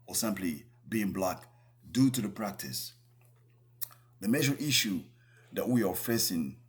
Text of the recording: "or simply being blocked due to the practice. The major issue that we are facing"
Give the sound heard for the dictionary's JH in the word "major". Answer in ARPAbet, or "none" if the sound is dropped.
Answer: ZH